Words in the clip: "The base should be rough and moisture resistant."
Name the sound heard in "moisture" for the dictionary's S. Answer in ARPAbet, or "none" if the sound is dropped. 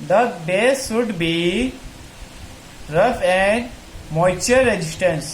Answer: none